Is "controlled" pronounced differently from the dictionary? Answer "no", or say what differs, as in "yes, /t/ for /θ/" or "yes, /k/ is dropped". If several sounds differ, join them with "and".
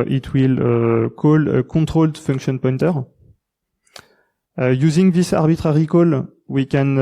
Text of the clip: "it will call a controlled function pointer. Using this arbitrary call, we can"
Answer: yes, /n/ is dropped